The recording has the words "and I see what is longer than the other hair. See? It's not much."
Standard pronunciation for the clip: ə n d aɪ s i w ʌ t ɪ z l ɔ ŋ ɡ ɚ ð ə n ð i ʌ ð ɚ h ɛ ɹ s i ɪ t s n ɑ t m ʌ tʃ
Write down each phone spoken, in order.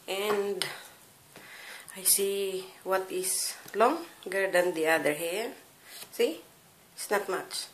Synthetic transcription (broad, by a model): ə n d aɪ s i w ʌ t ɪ s l ɔ ŋ ɡ ɚ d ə n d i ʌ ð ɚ h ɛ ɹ s i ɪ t s n ɑ t m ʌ tʃ